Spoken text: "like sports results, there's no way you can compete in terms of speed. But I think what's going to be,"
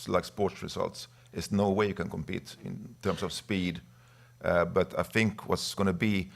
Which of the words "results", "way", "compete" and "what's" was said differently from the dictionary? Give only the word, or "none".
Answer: results